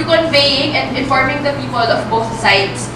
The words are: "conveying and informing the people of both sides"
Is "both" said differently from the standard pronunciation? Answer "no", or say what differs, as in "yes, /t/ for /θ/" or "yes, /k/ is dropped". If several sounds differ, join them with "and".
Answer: yes, /t/ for /θ/